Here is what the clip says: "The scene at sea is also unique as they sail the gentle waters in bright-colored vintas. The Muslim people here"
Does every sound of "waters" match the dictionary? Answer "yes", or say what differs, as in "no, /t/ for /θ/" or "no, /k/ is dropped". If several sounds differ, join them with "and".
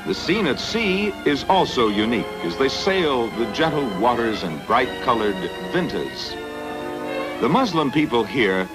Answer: yes